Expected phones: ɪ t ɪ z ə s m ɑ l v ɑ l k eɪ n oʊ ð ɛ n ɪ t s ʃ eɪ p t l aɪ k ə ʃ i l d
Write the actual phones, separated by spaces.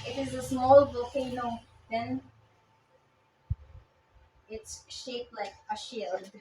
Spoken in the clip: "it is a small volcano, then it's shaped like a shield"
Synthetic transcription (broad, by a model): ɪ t ɪ z ə s m ɑ l v ɑ l k eɪ n oʊ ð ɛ n ɪ t s ʃ eɪ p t l aɪ k ə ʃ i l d